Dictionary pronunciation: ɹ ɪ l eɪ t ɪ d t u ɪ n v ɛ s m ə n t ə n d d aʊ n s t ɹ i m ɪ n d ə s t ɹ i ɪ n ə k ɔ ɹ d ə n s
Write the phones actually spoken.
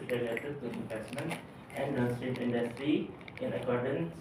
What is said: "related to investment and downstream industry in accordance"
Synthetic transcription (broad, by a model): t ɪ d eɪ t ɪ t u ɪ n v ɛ s m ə n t ə n d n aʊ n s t i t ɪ n d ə s t ɹ i ɪ n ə k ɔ ɹ d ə n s